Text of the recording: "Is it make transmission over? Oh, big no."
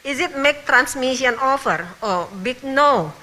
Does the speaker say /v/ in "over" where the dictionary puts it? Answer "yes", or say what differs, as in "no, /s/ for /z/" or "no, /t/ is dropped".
no, /f/ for /v/